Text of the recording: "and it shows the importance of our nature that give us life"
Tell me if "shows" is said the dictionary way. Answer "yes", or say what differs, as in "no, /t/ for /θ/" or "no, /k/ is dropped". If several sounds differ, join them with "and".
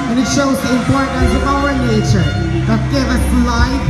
yes